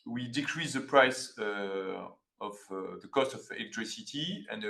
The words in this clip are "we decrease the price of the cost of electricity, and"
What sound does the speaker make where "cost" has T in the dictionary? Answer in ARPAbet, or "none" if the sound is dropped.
T